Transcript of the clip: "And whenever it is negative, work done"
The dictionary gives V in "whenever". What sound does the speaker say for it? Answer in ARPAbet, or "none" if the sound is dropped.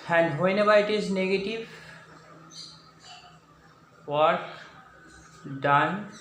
B